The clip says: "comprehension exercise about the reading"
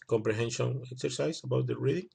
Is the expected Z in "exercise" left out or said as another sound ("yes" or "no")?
yes